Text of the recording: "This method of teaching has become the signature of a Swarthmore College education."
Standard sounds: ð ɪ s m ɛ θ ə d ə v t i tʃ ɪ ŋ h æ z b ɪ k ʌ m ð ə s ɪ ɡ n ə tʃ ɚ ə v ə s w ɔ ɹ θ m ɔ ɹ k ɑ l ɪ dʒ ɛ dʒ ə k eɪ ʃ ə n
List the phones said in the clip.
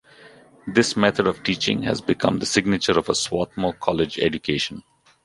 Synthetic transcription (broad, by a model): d ɪ s m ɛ t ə d ə v t i tʃ ɪ ŋ h æ z b ɪ k ʌ m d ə s ɪ ɡ n ə tʃ ɚ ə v ə s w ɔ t m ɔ k ɑ l ɪ dʒ ɛ dʒ ə k eɪ ʃ ə n